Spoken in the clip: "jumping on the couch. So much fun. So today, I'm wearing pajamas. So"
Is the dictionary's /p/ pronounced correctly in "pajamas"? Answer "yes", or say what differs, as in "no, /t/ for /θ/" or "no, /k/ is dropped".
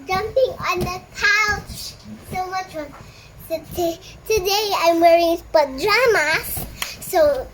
no, /b/ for /p/